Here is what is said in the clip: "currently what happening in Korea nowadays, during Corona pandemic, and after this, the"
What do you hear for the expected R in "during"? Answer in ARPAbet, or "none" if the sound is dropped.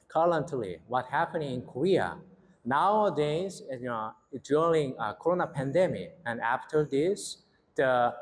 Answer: L